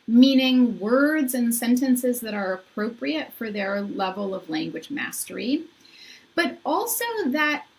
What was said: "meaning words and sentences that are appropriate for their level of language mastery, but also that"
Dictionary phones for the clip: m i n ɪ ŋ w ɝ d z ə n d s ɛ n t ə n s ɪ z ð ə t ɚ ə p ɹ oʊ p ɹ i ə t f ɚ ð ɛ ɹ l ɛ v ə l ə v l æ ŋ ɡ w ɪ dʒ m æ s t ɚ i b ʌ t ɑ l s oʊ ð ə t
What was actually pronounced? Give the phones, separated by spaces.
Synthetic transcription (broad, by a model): m i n ɪ ŋ w ɝ d z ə n s ɛ n t ə n s ɪ z ð ə t ɚ ə p ɹ oʊ p ɹ i ə t f ɚ ð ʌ ɹ l ɛ v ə l ə v l æ ŋ ɡ w ɪ dʒ m æ s t ɚ i b ʌ t ɑ l s oʊ ð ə t